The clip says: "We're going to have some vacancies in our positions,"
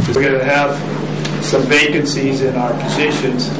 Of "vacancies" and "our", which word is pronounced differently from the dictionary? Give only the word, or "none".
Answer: none